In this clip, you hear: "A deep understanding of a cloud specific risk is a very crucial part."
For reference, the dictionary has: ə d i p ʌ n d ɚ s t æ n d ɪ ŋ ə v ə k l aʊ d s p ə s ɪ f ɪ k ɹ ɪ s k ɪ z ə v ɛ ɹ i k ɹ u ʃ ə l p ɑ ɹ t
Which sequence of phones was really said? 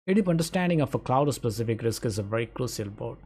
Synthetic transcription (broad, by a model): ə d i p ʌ n d ɚ s t æ n d ɪ ŋ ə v ə k l aʊ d s p ə s ɪ f ɪ k ɹ ɪ s k ɪ z ə v ɛ ɹ i k ɹ u ʃ ə l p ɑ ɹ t